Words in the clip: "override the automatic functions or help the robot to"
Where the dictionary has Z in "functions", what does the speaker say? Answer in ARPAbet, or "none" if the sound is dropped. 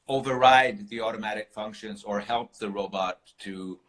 Z